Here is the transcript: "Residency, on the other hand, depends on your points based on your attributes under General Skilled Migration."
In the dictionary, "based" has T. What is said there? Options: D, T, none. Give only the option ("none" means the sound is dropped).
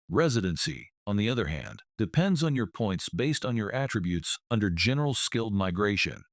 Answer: T